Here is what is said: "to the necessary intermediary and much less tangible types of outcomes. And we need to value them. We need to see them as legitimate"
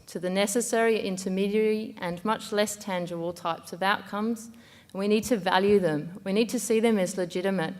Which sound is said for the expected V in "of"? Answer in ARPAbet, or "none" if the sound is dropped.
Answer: V